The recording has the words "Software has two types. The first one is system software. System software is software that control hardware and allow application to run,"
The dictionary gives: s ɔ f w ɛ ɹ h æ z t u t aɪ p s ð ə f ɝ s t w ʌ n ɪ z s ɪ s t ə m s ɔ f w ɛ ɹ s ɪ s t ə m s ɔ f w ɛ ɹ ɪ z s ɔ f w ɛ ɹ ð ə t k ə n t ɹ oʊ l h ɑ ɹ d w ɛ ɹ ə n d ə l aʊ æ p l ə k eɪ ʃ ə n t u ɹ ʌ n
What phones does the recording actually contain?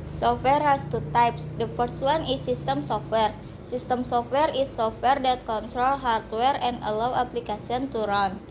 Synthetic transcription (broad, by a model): s ɔ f w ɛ ɹ h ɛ s t u t aɪ p s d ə f ɝ s t w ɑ n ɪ s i s t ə m s ɔ f w ɛ ɹ s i s t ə m s ɔ f w ɛ ɹ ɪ s ɔ f w ɛ ɹ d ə t k ə n t ɹ oʊ l h ɑ ɹ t w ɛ ɹ ə n d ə l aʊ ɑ p l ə k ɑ s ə n t u ɹ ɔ n